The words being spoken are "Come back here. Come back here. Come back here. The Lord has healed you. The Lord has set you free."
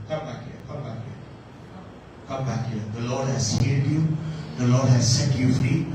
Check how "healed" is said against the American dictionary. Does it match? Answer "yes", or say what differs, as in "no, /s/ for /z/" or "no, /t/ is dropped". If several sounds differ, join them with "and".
no, /l/ is dropped